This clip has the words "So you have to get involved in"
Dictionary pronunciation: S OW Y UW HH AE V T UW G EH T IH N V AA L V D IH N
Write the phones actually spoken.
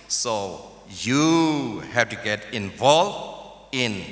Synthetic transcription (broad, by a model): S OW Y UW HH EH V T UW G EH T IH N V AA L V IH N